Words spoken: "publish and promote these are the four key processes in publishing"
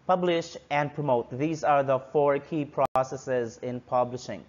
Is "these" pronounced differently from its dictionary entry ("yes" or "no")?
no